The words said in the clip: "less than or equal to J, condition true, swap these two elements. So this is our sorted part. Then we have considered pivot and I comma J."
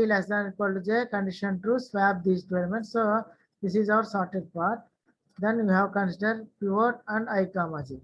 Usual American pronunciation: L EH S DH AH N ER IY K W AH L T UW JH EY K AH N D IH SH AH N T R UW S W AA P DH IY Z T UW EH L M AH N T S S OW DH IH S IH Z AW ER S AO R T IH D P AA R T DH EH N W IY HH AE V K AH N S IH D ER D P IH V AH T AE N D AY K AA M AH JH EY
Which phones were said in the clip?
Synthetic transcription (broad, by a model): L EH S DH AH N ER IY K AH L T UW JH EY K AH N D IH SH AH N T UW S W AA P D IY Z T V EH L M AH N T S S OW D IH S IH Z AW ER S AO R T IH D P AA R T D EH N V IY HH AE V K AH N S IH D ER D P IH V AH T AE N D AY K AA M AH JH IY